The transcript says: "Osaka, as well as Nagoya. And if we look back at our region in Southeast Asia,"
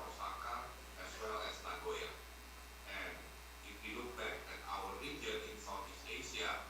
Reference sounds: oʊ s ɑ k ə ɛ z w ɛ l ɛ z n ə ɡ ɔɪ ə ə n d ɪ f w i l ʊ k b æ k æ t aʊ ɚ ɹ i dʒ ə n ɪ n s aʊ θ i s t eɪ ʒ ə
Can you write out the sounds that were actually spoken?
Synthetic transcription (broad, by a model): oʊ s ɑ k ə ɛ s w ɛ l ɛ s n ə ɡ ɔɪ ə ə n ɪ f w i l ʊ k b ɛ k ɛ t aʊ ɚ ɹ i dʒ ə n ɪ n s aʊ f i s eɪ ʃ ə